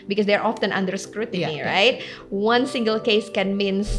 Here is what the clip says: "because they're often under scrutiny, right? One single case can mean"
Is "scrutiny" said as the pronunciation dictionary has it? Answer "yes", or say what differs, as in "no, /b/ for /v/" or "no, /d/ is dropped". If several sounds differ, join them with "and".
yes